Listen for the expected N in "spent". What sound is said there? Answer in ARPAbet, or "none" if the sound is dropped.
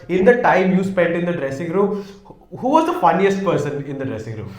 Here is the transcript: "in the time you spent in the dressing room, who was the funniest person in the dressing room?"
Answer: none